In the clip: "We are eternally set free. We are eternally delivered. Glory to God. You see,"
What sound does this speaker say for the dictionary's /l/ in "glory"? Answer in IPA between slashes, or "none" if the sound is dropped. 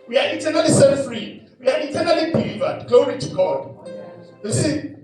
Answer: none